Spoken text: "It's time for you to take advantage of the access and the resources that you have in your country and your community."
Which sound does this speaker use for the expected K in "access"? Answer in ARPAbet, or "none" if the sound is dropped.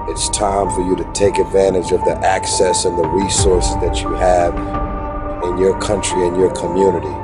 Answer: K